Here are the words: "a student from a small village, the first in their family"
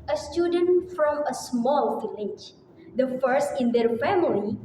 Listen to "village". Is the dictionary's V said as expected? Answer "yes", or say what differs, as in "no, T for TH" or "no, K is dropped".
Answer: no, F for V